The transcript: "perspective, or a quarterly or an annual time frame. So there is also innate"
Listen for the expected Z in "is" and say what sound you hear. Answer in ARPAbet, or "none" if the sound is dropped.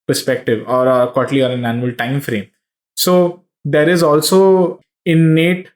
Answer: Z